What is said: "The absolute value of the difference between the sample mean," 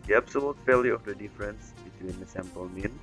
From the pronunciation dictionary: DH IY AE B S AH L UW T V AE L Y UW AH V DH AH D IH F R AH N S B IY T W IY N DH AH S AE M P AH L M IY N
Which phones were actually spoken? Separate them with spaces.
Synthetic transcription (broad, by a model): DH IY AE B S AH L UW T F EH L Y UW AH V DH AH D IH F R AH N S B IY T W IY N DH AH S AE M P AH L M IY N